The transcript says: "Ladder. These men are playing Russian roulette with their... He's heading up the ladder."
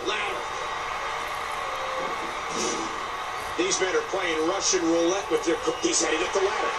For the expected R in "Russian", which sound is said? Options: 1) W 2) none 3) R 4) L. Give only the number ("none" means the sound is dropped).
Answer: 3